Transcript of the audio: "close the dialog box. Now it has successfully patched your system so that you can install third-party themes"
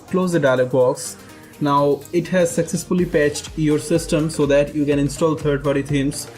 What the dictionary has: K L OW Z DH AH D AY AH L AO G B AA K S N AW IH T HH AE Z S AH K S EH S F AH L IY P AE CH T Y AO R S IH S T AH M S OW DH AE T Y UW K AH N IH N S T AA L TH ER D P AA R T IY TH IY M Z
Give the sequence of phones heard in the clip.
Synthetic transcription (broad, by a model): K L OW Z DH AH D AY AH L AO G B AA K S N AW IH T HH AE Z S AH K S EH S F AH L IY P AE CH T Y AO R S IH S T AH M S OW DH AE T Y UW K AH N IH N S T AA L T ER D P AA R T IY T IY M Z